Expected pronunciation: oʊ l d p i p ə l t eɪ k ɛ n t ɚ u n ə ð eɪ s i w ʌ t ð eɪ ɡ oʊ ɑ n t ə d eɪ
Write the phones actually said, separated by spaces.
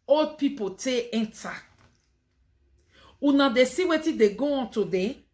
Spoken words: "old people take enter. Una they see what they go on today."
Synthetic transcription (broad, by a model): oʊ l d p i p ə t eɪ ɛ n t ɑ u n ə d eɪ s i w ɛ t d eɪ ɡ oʊ ɑ n t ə d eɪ